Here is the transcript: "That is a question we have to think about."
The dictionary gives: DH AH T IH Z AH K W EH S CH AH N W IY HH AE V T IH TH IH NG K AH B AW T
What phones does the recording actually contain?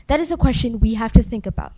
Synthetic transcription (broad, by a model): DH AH T IH Z AH K W EH S CH AH N W IY HH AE F T IH TH IH NG K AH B AW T